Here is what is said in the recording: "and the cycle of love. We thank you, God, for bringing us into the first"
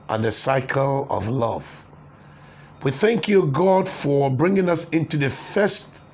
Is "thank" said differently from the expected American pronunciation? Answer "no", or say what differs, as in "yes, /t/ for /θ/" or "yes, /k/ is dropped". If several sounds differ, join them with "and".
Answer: no